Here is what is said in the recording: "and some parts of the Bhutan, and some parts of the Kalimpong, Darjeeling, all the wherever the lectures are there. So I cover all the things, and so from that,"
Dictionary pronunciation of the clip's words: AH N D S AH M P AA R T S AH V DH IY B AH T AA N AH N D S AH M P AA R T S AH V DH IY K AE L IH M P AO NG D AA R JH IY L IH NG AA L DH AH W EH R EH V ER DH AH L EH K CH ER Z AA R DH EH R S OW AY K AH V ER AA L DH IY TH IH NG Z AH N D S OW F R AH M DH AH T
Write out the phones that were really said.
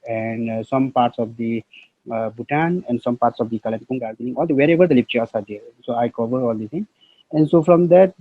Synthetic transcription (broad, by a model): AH N D S AH M P AA R T S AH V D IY B AH T AA N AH N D S AH M P AA R T S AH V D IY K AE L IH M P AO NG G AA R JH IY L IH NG AA L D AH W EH R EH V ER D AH L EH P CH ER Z AA R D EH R S OW AY K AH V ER AA L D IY T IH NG AH N D S OW F R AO M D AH T